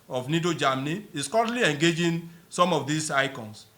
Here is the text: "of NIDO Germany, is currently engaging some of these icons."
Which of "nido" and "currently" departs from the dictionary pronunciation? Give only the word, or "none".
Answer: currently